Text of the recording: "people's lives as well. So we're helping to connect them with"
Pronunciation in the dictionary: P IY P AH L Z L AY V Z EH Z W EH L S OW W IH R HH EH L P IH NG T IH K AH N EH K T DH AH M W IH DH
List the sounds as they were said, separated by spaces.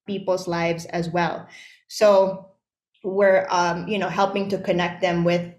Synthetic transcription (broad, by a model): P IY P L Z L AY V Z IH Z W EH L S OW W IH R HH EH L P IH NG T IH K AH N EH K T DH AH M W IH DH